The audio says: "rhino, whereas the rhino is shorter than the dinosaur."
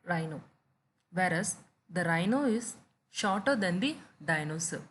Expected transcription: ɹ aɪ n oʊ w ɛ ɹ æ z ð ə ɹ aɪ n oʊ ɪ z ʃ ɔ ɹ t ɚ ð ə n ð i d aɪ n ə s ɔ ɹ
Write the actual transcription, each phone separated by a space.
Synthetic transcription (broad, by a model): ɹ aɪ n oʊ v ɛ ɹ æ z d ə ɹ aɪ n oʊ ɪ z ʃ ɔ ɹ t ɚ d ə n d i d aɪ n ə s